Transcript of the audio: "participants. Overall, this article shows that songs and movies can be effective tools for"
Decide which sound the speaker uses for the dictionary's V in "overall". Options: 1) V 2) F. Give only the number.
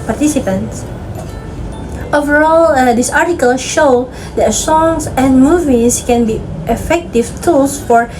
1